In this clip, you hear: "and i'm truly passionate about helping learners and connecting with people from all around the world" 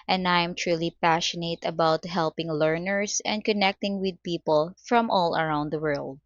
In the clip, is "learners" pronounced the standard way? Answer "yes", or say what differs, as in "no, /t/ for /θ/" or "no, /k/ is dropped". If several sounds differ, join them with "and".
no, /s/ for /z/